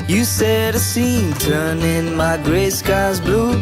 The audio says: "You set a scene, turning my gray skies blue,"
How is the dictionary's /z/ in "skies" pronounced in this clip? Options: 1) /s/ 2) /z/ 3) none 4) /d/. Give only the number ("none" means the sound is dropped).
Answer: 2